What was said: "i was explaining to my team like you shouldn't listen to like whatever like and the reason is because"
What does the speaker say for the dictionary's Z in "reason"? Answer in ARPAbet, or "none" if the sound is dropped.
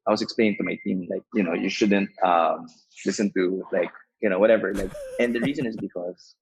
Z